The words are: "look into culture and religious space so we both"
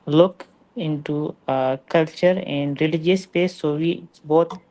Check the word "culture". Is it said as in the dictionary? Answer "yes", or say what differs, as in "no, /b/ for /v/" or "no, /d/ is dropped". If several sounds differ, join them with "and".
yes